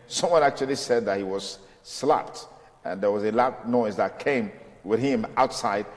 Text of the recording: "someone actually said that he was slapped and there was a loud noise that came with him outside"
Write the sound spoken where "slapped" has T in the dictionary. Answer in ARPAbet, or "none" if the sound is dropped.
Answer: T